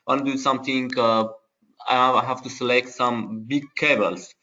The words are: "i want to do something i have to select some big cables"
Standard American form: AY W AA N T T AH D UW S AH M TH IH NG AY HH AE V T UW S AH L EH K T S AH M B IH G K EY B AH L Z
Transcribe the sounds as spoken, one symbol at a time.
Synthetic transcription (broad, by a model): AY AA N D UW S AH M T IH NG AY HH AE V T UW S AH L EH K T S AH M B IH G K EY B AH L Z